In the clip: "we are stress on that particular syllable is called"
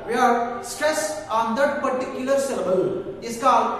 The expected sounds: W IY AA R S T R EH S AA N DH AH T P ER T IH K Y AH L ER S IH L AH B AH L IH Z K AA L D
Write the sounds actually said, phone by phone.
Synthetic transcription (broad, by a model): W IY AA R S T R EH S AA N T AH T P ER T IH K Y AH L ER S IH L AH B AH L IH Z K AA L